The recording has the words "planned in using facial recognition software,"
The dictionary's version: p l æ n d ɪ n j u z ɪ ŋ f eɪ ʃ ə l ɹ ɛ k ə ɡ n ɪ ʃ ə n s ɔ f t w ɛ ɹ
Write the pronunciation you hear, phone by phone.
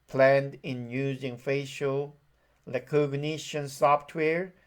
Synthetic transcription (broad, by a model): p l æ n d ɪ n j u z ɪ ŋ f eɪ ʃ ə l l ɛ k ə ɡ n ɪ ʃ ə n s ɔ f t w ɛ ɹ